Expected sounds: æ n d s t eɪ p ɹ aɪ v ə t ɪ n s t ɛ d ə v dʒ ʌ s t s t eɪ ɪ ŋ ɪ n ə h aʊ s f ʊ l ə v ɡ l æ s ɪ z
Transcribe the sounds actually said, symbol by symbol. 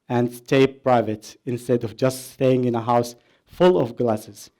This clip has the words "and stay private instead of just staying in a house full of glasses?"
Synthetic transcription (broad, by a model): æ n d s t eɪ p ɹ aɪ v ə t ɪ n s t ɛ d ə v dʒ ʌ s t s t eɪ ɪ ŋ ɪ n ə h aʊ s f ʊ l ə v ɡ l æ s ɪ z